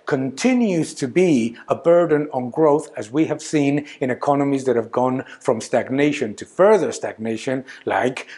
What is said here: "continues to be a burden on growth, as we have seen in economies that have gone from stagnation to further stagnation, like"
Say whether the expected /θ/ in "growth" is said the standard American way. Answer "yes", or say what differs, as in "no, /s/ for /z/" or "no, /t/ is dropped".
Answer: yes